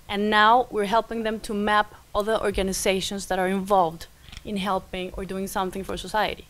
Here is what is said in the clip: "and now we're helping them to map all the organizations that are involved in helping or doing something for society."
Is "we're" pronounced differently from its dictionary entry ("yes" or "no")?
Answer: no